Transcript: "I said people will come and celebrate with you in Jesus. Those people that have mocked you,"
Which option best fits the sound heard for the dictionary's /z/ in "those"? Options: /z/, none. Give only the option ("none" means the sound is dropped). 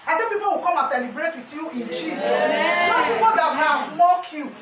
none